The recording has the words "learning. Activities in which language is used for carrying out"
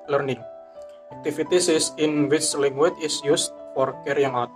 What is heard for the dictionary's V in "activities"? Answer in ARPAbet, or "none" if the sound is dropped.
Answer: F